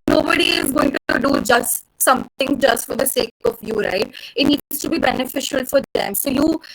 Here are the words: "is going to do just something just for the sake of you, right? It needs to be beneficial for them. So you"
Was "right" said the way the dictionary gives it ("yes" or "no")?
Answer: yes